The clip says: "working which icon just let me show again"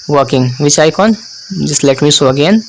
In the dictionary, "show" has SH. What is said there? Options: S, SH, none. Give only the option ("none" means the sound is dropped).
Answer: S